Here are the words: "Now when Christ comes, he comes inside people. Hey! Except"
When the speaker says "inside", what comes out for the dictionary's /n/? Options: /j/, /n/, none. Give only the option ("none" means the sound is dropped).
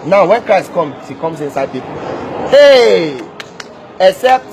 /n/